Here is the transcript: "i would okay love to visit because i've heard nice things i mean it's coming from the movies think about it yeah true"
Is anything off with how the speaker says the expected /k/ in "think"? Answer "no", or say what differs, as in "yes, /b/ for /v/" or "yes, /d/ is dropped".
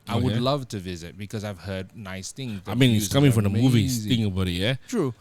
yes, /k/ is dropped